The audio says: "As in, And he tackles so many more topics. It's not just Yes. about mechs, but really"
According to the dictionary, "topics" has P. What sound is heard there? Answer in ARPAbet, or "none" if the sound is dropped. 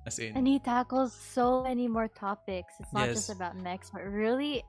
P